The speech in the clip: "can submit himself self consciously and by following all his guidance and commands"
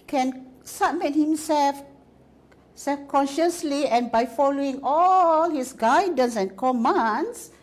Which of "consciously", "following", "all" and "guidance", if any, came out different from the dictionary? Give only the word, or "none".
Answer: none